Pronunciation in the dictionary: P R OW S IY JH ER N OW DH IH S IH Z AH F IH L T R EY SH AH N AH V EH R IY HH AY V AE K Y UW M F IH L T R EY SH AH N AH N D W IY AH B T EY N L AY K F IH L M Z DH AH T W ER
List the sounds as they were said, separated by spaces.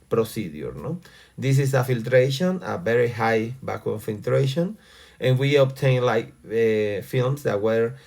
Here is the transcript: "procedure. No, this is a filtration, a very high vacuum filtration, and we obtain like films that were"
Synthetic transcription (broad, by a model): P R OW S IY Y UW N OW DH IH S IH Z AH F IH L T R EY SH AH N AH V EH R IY HH AY B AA K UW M F IH L T R EY SH AH N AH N W IY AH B T EY N L AY K F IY L M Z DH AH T W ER